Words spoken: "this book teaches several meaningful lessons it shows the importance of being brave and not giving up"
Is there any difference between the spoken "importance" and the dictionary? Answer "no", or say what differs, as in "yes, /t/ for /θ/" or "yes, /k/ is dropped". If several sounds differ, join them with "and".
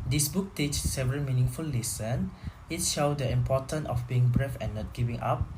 yes, /s/ is dropped